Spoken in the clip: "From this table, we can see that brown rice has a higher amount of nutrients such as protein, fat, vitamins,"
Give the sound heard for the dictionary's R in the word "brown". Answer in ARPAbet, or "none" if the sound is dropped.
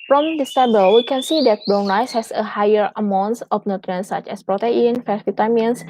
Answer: none